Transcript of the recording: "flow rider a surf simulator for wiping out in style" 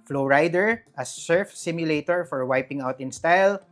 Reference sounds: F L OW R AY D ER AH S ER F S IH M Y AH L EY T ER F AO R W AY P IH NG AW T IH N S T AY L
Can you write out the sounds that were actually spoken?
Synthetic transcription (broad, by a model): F L OW R AY D ER AH S ER F S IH M Y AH L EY T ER F AO R W AY P IH NG AW T IH N S T AY L